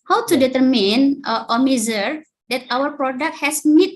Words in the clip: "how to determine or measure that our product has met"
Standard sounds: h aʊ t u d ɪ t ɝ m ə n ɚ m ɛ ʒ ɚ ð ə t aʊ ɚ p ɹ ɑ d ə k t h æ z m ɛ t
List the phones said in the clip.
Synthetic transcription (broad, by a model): h aʊ t u d ɪ t ɝ m ə n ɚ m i z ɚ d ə t aʊ ɚ p ɹ ɑ d ə k t h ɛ s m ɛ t